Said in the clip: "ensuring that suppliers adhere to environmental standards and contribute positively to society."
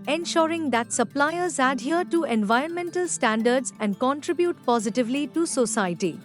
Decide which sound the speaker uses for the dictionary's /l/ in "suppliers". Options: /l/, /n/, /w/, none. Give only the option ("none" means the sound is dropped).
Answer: /l/